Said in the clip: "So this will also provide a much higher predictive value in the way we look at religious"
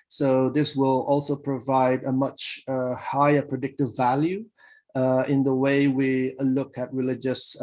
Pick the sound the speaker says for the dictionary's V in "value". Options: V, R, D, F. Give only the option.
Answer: V